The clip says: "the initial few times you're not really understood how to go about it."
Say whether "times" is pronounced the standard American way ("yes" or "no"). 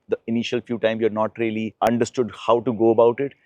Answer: no